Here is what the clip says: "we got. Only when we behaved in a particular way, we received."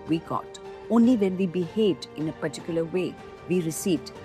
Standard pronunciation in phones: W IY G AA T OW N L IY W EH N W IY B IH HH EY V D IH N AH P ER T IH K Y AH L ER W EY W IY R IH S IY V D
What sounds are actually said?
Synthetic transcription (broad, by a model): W IY G AA T OW N L IY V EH N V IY B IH HH EY D IH N AH P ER T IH K Y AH L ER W EY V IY R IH S IY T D